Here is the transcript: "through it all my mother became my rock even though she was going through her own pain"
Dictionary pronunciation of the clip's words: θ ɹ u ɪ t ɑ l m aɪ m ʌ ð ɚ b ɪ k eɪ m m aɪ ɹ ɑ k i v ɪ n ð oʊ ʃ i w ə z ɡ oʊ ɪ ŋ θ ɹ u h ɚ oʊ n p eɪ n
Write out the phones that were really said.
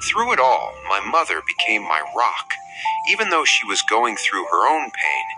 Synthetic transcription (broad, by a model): θ ɹ u ɪ t ɑ l m aɪ m ʌ ð ɚ b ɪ k eɪ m m aɪ ɹ ɑ k i v ɪ n ð oʊ ʃ i w ə z ɡ oʊ ɪ ŋ θ ɹ u ɚ oʊ n p eɪ n